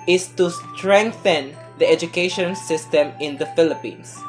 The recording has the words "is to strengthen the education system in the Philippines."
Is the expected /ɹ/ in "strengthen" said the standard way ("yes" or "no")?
yes